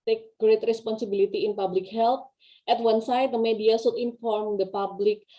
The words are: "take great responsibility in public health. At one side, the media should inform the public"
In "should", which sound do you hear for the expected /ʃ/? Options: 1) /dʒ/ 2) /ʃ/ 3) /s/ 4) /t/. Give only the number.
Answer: 3